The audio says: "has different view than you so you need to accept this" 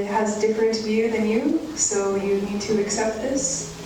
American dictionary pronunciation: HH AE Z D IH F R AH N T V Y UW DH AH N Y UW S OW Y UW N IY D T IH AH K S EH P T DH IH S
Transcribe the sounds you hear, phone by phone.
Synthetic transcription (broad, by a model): HH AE Z D IH F R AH N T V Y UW DH AH N Y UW S OW Y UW N IY D T IH AH K S EH P T DH IH S